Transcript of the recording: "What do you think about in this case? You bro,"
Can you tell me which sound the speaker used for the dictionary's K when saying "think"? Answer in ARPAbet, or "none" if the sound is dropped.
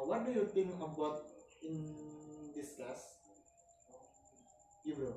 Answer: none